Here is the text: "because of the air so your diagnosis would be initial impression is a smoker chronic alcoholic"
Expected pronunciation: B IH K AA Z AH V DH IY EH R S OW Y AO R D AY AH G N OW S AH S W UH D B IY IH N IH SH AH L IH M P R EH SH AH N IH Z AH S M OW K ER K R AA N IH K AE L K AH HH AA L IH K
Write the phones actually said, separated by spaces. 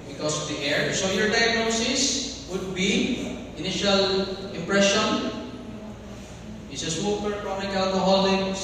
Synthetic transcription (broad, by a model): B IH K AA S AH V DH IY EH R S OW Y AO R D AY AH G N OW S AH S W UH D B IY IH N IH SH AH L IH M P R EH SH AH N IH S AH S OW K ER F R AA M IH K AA L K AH HH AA L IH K